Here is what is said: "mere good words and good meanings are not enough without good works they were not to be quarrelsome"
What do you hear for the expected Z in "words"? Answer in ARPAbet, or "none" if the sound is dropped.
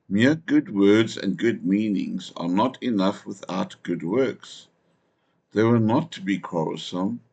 Z